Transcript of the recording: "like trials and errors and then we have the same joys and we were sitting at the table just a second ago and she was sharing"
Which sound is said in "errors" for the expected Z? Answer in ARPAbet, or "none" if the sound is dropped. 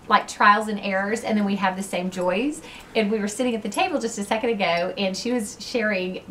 Z